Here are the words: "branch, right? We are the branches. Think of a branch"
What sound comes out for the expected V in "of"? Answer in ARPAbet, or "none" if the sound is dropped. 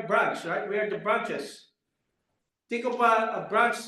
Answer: P